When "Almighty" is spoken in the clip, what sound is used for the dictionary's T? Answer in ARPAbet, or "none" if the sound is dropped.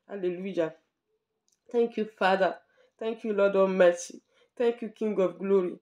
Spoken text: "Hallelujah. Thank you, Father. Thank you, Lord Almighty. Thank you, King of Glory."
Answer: S